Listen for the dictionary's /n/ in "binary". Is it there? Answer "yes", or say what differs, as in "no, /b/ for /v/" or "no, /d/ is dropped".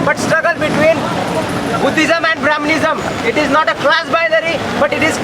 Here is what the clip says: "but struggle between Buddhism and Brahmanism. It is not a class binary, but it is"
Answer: no, /l/ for /n/